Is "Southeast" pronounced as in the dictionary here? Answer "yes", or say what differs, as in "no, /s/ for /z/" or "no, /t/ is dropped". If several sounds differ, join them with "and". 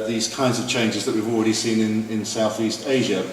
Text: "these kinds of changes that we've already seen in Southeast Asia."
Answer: yes